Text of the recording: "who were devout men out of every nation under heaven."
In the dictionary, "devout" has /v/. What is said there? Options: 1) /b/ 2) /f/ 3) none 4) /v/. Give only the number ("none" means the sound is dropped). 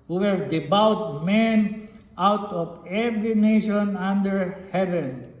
1